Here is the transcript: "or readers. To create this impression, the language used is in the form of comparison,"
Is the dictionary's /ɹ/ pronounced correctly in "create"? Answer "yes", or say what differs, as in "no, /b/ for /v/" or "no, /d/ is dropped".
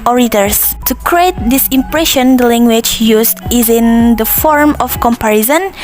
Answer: yes